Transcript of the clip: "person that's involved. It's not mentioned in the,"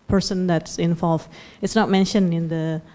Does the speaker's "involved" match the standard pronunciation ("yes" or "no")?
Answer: no